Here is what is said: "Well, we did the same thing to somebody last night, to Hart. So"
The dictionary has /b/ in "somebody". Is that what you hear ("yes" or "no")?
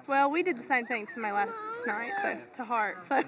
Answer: no